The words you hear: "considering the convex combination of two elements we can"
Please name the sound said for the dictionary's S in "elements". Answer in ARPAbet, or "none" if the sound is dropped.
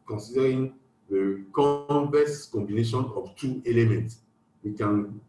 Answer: S